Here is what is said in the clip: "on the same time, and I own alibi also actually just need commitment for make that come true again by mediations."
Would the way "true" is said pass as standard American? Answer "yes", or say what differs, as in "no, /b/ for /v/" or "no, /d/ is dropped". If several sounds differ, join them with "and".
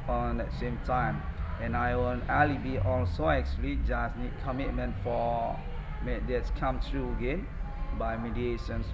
yes